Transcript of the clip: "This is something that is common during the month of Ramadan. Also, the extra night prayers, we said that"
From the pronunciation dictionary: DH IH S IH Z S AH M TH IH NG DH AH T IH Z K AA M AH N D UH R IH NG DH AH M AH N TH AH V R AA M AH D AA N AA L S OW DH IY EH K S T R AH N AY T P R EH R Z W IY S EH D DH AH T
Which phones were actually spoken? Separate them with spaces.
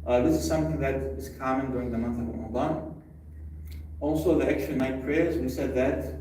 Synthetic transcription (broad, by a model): DH IH S IH Z S AH M TH IH NG DH AH T IH Z K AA M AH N D UH R IH NG DH AH M AH N TH AH V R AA M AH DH AA N AA L S OW DH IY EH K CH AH N AY T P R EH R Z W IY S EH D DH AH T